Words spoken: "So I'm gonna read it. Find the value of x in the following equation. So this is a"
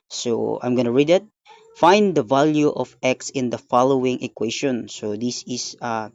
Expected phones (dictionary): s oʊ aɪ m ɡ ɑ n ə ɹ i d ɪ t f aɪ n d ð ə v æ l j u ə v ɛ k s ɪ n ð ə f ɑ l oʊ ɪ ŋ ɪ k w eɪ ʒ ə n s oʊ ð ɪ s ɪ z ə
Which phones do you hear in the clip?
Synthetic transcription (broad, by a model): s oʊ aɪ m ɡ ɑ n ə ɹ i d ɪ t f aɪ n d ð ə v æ l j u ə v ɛ k s ɪ n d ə f ɑ l oʊ ɪ ŋ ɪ k w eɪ ʃ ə n s oʊ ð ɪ s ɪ s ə